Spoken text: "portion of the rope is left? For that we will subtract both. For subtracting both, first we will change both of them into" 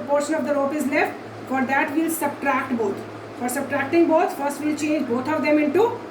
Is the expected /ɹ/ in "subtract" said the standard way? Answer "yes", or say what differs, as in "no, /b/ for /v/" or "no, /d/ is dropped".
yes